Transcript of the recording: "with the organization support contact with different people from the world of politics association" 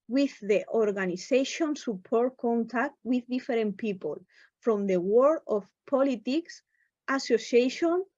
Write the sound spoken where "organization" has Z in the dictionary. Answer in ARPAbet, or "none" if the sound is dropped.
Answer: S